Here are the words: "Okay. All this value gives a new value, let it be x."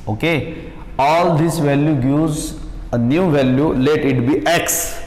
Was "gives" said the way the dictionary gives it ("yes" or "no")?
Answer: no